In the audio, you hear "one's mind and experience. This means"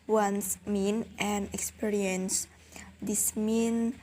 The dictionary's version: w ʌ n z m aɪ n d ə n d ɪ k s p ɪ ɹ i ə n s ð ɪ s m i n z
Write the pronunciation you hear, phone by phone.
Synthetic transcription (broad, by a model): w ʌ n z m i n ə n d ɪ k s p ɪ ɹ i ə n s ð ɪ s m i n